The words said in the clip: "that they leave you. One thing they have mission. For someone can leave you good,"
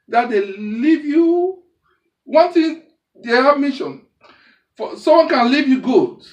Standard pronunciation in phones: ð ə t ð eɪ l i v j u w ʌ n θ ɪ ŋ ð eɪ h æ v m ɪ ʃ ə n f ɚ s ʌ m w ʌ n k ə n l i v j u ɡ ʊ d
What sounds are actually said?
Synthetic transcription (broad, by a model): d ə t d eɪ l i v j u w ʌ n t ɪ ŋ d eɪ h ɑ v m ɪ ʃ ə n f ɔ s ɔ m w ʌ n k ə n l i v j u ɡ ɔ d